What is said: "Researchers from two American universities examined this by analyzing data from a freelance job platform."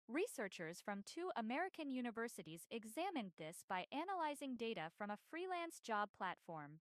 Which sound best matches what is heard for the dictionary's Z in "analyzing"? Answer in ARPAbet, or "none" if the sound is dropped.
Z